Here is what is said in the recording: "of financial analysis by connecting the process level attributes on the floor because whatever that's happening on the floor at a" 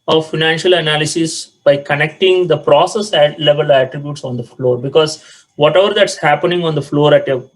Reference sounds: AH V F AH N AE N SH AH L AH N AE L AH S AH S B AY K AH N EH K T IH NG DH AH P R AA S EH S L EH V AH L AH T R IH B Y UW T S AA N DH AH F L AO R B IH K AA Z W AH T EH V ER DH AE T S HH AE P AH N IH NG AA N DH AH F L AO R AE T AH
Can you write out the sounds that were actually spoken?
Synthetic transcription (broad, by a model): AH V F AH N AE N SH AH L AH N AE L AH S AH S B AY K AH N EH K T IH NG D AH P R AA S EH S L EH V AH L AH T R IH B Y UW T S AA N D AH F L AO R B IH K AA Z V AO T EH V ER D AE T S HH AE P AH N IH NG AA N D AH F L AO R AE T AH